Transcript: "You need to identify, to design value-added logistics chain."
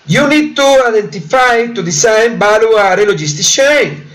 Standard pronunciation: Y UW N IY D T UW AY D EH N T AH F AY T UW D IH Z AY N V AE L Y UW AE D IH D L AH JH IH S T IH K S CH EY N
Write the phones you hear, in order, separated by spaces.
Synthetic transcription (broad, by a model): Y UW N IY D T UW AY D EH N T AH F AY T UW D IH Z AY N B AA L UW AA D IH L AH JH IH S T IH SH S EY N